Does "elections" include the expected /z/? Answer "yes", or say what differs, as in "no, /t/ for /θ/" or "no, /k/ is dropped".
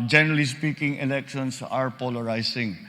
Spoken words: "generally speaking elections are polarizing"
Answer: no, /s/ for /z/